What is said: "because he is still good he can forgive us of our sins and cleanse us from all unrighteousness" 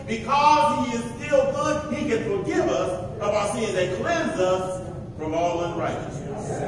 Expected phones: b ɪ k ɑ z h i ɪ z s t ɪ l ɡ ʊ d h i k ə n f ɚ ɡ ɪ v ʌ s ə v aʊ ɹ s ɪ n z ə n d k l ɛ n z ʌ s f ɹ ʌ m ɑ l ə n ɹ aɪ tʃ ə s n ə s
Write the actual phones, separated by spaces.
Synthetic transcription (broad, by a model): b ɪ k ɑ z h i ɪ z s t ɪ l ɡ ʊ d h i k ə n f ɚ ɡ ɪ v ʌ s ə b aʊ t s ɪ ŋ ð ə k l ɛ n z ʌ s f ɹ ʌ m ɑ l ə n ɹ aɪ tʃ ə s n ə s